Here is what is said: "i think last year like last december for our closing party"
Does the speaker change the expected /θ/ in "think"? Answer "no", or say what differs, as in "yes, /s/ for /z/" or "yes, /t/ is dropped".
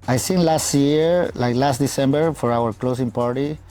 yes, /s/ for /θ/